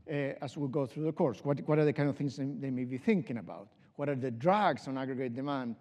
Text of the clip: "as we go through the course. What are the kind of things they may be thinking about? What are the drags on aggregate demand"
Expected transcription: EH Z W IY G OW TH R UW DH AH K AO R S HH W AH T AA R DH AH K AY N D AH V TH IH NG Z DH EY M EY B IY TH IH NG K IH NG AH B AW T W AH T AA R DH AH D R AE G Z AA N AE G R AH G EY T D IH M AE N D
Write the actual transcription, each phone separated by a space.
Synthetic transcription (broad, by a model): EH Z W IY G OW TH R UW DH AH K AO R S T W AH T AA R DH AH K AY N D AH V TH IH NG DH DH EY M EY B IY TH IH NG K IH NG AH B AW T W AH T AA R DH AH D R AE G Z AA N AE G R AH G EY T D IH M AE N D